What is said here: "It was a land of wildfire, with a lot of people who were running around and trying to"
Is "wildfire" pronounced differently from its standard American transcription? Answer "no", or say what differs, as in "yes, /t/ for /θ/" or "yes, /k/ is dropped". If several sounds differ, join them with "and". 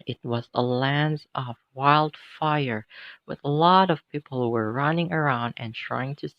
no